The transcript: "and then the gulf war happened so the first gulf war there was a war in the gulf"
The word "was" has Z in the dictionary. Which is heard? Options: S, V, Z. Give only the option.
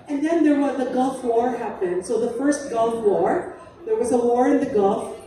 Z